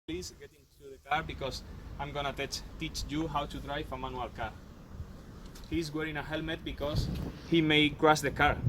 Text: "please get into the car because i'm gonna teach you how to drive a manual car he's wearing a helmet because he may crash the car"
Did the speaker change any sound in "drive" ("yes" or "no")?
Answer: yes